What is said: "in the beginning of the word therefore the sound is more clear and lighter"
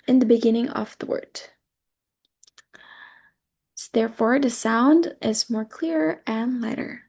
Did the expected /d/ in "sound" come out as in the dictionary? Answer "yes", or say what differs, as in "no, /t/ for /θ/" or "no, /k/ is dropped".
yes